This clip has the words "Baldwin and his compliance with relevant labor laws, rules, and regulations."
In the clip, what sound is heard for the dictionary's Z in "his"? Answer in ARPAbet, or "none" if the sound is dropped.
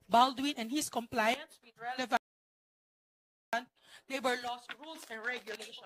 S